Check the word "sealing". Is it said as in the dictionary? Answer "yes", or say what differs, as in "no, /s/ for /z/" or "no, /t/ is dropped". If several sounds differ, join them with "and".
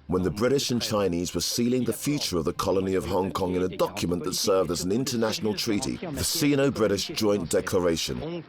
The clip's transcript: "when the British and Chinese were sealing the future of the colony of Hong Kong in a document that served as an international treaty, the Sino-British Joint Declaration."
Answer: yes